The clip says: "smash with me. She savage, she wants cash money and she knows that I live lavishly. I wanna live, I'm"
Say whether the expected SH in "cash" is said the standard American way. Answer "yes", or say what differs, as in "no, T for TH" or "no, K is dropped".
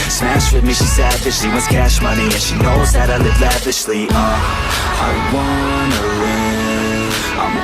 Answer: yes